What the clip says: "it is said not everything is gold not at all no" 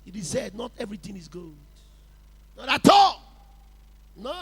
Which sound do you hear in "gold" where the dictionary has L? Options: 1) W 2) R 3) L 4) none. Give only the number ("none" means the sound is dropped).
4